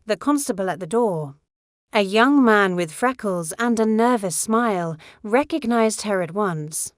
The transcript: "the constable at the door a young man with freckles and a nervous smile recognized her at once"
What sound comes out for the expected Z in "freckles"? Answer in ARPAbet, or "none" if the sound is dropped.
Z